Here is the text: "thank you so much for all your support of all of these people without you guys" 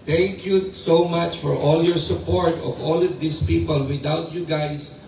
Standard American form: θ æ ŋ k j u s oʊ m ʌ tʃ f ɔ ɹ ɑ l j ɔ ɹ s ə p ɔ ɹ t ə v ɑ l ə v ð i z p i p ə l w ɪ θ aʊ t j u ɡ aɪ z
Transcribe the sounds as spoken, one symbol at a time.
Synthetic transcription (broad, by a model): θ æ ŋ k j u s oʊ m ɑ tʃ f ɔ ɹ ɑ l j ɔ ɹ s ə p ɔ ɹ t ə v ɑ l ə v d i s p i p ə l w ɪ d aʊ t j u ɡ aɪ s